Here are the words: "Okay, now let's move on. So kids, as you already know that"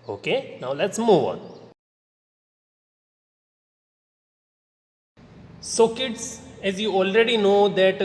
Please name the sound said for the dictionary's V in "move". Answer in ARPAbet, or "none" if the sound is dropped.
V